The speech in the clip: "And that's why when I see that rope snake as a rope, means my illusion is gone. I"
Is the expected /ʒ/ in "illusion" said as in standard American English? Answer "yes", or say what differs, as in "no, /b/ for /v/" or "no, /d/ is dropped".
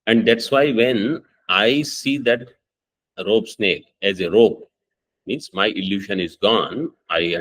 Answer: no, /ʃ/ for /ʒ/